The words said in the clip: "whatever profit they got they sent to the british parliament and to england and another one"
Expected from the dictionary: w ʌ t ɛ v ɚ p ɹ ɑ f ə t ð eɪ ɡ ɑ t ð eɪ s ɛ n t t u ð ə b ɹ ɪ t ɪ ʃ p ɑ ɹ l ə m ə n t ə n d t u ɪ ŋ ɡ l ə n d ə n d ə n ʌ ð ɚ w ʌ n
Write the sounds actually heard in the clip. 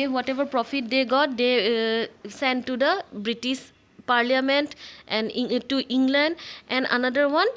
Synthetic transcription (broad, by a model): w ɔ t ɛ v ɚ p ɹ ɑ f ə t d eɪ ɡ ɑ t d eɪ s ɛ n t t u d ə b ɹ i t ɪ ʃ p ɑ ɹ l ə m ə n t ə n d t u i ŋ ɡ l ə n d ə n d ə n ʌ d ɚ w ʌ n